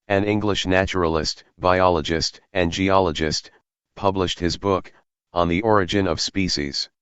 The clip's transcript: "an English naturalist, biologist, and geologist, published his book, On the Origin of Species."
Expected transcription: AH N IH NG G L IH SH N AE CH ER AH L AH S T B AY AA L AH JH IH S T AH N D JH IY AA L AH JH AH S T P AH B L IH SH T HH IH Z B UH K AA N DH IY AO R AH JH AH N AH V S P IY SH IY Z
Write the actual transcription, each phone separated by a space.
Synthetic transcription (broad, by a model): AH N IH NG G L IH SH N AE CH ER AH L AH S T B AY AA L AH JH IH S T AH N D JH IY AA L AH JH AH S T P AH B L IH SH T HH IH Z B UH K N DH IY AO R AH JH AH N AH V S P IY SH IY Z